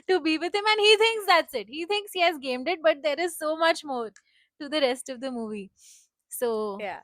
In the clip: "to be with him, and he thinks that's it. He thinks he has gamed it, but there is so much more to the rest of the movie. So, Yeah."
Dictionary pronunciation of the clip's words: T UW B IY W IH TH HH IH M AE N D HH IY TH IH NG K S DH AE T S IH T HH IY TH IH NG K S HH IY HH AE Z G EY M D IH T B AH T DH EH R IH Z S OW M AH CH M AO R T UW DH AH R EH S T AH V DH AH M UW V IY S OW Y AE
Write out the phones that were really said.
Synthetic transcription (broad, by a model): T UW B IY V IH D HH IH M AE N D HH IY T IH NG K S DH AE T S IH T HH IY T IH NG K S HH IY HH AE Z G EY M D IH T B AH T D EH R IH Z S OW M AH CH M AO R T UW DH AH R EH S T AH V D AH M UW V IY S OW Y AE